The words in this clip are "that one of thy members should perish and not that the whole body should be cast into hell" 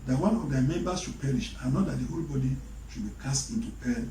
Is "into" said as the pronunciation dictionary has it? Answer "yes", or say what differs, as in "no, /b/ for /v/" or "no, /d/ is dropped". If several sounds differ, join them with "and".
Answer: yes